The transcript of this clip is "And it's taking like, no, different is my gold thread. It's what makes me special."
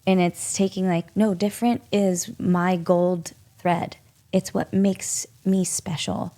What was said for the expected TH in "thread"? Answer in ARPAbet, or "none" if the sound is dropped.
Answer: TH